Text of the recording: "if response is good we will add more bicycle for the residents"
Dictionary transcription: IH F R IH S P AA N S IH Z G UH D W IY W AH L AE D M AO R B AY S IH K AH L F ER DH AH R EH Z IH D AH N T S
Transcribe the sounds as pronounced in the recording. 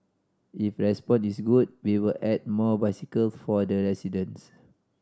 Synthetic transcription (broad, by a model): IH F R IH S P AA N IH S G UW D W IY W AH L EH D M AO B AY S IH K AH L F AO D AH R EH S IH D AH N S